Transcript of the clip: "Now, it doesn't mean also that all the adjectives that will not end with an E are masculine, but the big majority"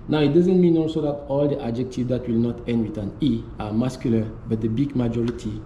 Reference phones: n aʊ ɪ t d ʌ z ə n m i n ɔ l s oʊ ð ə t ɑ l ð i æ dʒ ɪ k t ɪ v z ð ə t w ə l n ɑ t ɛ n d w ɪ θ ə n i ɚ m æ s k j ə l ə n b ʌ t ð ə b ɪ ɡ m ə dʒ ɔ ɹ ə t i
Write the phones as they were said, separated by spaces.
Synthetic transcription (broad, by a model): n aʊ ɪ t d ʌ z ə n m i n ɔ s oʊ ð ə t ɑ l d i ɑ dʒ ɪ k t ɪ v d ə t w ə l n ɑ t ɛ n d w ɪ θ ə n i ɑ m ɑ s k j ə l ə b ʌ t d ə b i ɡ m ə dʒ ɔ ɹ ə t i